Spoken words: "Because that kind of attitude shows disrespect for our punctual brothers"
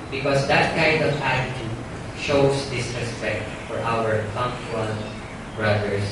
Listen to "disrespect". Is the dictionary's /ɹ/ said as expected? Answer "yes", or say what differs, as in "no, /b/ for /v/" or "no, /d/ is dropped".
no, /ɹ/ is dropped